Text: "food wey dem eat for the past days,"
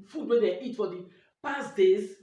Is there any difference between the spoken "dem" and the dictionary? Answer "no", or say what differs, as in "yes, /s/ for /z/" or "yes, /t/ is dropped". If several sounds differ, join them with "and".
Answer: yes, /m/ is dropped